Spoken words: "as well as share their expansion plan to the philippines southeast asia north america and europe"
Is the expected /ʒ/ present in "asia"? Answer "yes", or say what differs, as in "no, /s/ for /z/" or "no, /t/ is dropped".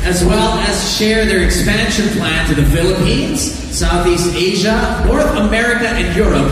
yes